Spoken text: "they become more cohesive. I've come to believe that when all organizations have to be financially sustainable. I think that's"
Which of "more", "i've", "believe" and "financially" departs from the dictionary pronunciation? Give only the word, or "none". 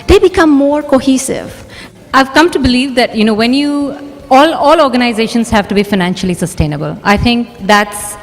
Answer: none